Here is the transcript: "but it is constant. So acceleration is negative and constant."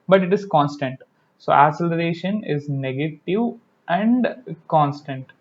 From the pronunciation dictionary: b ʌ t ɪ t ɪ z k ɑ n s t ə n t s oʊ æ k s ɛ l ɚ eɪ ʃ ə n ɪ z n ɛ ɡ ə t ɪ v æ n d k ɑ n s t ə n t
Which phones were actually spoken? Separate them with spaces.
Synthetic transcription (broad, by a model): b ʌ t ɪ t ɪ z k ɑ n s t ə n t s oʊ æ s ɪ l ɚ eɪ ʃ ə n ɪ z n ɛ ɡ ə t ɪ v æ n d k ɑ n s t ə n t